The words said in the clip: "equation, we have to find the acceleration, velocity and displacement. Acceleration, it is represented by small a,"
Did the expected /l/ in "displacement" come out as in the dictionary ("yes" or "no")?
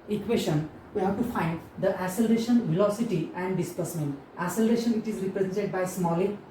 no